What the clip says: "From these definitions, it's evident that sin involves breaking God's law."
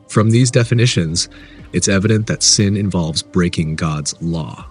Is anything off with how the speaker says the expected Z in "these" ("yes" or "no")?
no